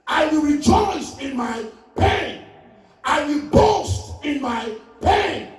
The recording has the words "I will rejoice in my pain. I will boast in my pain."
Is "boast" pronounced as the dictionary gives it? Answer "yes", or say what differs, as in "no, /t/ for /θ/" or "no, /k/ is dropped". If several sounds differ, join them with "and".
yes